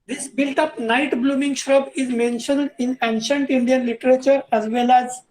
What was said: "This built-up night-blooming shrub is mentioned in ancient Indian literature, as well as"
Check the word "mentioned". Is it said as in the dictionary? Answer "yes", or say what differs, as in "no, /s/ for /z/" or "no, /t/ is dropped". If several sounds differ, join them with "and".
yes